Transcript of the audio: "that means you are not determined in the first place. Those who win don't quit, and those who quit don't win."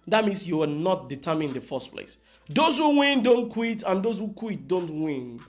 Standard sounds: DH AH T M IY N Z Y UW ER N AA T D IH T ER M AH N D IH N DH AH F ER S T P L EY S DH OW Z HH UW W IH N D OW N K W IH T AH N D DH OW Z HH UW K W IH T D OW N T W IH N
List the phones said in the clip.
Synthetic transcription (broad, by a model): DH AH T M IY N S Y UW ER N AA T D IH T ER M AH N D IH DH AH F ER S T P L EY S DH OW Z HH UW W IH N D OW N K W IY T AH N D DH OW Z HH UW K W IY T D OW N T W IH N